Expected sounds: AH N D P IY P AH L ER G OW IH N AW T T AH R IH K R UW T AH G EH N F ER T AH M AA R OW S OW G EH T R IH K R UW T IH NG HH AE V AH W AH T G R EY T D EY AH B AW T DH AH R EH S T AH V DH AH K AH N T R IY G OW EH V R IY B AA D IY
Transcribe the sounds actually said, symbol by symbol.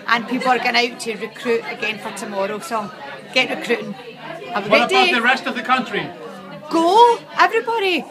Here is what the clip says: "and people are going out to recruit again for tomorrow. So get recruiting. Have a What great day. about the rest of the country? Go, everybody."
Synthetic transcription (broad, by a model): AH N P IY P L ER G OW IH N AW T T AH R IH K R UW T AH G EH N F ER T AH M AA R OW S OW G EH T R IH K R UW T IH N AH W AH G EY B D EY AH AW DH AH R EH S T AH V DH AH K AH N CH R IY G OW EH V R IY B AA D IY